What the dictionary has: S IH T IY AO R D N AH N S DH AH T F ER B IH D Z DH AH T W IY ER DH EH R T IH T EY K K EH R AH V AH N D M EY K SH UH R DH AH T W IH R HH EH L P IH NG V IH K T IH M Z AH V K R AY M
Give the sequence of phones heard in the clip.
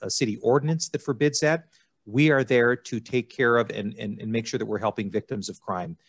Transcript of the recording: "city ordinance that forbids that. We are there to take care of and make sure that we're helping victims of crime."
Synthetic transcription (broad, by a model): S IH T IY AO R D N AH N S DH AH T F ER B IH D Z DH AH T W IY ER DH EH R T IH T EY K K EH R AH V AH N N M EY K SH UH R DH AH T W IH R HH EH L P IH NG V IH K T IH M Z AH V K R AY M